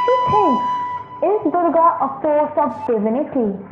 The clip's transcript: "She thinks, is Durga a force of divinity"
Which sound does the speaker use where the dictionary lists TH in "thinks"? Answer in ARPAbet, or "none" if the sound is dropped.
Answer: T